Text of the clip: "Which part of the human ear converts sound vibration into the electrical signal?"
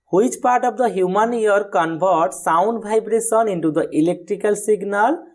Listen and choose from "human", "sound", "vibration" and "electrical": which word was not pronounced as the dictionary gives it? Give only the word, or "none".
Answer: vibration